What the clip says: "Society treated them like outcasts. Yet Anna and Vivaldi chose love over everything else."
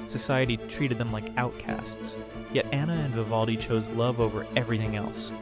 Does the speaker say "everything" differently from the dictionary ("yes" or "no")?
no